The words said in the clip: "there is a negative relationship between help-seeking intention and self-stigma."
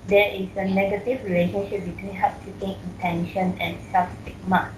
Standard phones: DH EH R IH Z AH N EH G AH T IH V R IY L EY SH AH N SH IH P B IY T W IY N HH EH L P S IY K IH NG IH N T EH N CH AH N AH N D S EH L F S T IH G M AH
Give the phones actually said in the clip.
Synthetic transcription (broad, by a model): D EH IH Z AH N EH G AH T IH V R IY L EY SH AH N SH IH P B IY T W IY N HH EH P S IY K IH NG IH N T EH N SH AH N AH N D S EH F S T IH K M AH